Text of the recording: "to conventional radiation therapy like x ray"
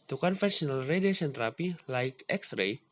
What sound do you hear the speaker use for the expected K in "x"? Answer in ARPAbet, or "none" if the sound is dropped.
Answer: K